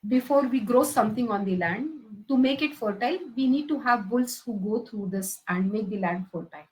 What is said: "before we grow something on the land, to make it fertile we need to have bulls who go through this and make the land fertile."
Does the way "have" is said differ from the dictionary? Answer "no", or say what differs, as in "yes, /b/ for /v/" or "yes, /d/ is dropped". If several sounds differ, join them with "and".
no